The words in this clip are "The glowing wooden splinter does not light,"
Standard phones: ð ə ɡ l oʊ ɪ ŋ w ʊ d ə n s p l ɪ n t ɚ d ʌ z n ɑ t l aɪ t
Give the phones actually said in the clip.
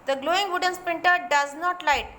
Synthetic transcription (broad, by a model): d ə ɡ l oʊ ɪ ŋ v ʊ d ə n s p ɪ n t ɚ d ʌ z n ɑ t l aɪ t